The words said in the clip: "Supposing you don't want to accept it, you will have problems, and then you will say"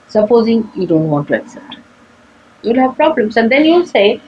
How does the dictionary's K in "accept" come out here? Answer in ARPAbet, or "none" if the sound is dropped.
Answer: K